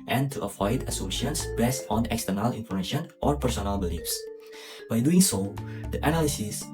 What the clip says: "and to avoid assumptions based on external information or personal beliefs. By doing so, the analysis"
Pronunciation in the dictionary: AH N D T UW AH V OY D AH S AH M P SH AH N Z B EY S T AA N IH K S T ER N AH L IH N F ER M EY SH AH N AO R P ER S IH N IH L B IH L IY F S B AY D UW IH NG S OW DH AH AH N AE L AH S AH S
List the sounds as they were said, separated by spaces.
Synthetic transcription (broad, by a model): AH N T UW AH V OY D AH S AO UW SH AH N S B EY S T AA N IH K S T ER N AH L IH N F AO M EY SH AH N AO R P ER S IH N IH L B IH L IY F S B AY D UW IH NG S OW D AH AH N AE L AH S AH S